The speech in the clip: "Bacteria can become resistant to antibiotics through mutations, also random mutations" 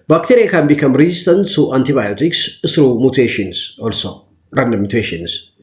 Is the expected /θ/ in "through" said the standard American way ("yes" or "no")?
no